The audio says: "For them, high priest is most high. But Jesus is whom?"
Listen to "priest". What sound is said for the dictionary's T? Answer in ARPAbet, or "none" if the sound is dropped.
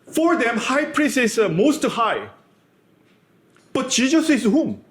none